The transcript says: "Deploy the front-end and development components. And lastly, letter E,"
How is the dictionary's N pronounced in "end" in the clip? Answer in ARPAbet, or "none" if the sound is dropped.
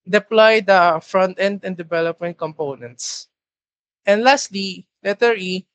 N